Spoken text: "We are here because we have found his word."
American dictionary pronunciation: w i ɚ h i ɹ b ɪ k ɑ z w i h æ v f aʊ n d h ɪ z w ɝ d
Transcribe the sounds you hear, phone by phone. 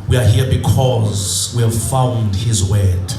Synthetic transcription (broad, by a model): w i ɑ h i b ɪ k ɑ z w i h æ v f aʊ n d h ɪ z w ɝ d